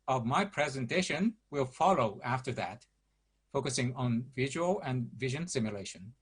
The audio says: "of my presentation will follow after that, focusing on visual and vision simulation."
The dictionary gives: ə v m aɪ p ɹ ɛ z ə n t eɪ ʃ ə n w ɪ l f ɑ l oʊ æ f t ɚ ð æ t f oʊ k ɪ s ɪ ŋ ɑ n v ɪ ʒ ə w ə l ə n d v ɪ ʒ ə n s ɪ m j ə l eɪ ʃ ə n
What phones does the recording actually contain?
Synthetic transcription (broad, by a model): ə v m aɪ p ɹ ɛ z ə n t eɪ ʃ ə n w ɪ l f ɑ l oʊ æ f t ɚ ð æ t f oʊ k ɪ s ɪ ŋ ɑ n v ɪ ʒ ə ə l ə n v ɪ ʒ ə n s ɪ m j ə l eɪ ʃ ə n